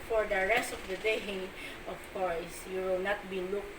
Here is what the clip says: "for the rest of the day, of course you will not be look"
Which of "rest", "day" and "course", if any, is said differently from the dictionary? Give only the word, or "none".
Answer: none